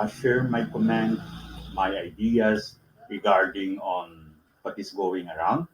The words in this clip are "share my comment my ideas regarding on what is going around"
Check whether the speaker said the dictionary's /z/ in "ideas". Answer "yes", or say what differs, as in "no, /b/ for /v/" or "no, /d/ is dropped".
no, /s/ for /z/